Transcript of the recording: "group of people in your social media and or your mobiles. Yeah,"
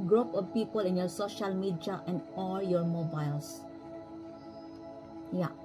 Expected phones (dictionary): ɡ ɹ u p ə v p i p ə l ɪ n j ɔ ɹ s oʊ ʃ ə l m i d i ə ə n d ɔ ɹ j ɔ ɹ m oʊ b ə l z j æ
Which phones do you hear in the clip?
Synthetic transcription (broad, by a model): ɡ ɹ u p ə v p i p ə l ɪ n j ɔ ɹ s oʊ ʃ ə l m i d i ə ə n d ɔ l j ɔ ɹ m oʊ b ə l s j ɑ